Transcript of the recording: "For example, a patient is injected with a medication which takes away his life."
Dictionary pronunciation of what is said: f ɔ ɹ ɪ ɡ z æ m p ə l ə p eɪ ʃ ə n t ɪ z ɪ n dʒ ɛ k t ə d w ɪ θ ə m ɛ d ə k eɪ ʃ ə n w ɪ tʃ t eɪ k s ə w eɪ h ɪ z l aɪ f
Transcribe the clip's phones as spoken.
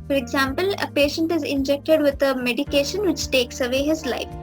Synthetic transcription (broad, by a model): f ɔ ɹ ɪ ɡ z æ m p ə l ə p eɪ ʃ ə n t ɪ z ɪ n dʒ ɛ k t ə d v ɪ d ə m ɛ d ə k eɪ ʃ ə n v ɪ tʃ t eɪ k s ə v eɪ h ɪ z l aɪ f